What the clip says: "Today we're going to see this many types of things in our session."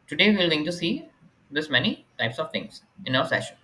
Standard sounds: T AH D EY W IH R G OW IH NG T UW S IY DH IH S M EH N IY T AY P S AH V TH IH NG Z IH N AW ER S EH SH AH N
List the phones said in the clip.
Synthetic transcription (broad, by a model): T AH D EY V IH L G OW IH NG T UW S IY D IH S M EH N IY T AY P S AH V T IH NG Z IH N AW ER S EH SH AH N